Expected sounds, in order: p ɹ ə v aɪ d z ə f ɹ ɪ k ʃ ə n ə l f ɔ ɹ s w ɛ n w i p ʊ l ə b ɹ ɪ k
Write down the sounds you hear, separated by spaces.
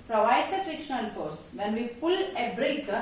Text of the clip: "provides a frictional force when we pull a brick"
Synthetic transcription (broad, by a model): p ɹ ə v aɪ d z ə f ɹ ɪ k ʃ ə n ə n f ɔ ɹ s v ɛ n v i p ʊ l ə b ɹ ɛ k